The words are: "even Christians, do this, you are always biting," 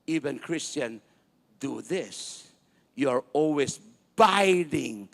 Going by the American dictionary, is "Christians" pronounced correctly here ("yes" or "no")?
no